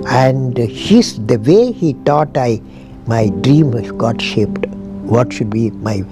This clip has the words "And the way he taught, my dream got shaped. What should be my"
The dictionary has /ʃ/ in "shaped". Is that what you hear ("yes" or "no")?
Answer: yes